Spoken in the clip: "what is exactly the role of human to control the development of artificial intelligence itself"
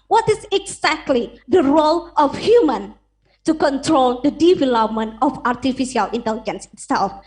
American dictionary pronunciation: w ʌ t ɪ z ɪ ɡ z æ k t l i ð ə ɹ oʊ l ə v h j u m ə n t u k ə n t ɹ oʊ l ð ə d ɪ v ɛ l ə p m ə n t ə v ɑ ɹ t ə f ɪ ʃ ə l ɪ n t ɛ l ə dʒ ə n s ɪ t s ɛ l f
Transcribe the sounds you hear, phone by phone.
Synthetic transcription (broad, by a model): w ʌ t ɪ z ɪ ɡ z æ k t l i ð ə ɹ oʊ l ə f h j u m ə n t u k ə n t ɹ oʊ l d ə d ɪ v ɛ l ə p m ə n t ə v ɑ ɹ t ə f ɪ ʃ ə l ɪ n t ɛ l ə dʒ ə n s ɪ t s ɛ l f